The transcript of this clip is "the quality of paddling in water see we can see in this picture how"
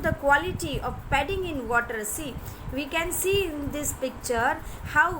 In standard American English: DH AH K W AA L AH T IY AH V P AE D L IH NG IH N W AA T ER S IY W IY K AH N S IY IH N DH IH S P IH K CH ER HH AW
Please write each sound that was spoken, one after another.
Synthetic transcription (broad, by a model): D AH K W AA L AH T IY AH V P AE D IH NG IH N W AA T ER S IY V IY K AH N S IY IH N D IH S P IH K CH ER HH AW